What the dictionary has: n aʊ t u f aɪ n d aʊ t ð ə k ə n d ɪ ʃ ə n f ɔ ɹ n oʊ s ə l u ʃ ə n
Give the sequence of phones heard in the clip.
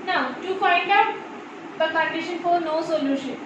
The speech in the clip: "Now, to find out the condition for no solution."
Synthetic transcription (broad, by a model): n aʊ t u f aɪ n d aʊ t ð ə k ə n d ɪ ʃ ə n f ɔ ɹ n oʊ s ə l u ʃ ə n